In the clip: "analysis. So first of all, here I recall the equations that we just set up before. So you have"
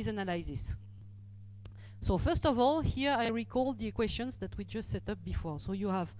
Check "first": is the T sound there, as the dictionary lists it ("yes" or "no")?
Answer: yes